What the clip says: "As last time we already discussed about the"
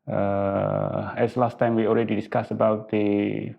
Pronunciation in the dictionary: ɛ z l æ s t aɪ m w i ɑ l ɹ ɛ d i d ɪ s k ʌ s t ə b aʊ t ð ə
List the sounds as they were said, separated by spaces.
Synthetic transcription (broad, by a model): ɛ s l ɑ s t aɪ m w i ɑ l ɹ ɛ d i d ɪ s k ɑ s ə b aʊ t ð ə